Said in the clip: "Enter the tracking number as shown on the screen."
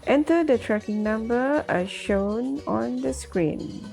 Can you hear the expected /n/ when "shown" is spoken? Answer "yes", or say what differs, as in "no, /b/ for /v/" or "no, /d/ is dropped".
yes